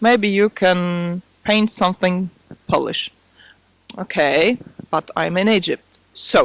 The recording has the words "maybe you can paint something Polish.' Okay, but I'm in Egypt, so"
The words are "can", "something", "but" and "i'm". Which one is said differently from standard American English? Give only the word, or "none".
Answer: none